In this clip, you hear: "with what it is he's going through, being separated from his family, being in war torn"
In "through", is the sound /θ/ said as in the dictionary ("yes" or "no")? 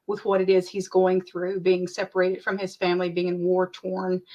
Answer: yes